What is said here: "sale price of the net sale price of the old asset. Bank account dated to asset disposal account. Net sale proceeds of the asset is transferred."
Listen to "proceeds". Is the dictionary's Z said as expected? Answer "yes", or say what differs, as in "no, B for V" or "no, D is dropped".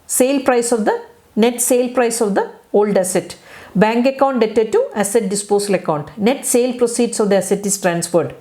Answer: no, S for Z